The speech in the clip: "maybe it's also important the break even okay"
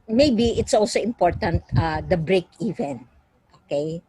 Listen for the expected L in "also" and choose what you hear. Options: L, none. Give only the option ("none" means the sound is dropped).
L